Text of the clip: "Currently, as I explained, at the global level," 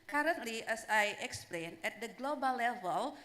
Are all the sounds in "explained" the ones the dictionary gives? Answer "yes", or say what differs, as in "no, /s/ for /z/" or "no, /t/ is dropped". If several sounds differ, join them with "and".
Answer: no, /d/ is dropped